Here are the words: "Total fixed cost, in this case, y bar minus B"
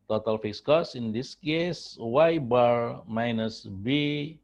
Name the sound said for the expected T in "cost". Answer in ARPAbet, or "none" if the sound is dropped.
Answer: none